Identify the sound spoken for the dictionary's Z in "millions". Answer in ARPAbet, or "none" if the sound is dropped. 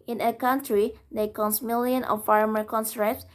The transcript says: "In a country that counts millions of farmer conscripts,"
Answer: none